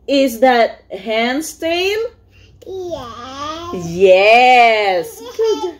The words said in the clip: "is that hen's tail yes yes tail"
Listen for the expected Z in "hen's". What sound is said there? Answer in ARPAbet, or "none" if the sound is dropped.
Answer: S